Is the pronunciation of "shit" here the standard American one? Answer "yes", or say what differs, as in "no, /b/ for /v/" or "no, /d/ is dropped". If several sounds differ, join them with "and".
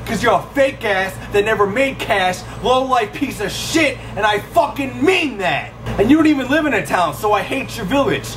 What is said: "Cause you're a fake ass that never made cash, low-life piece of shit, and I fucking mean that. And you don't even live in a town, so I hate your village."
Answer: yes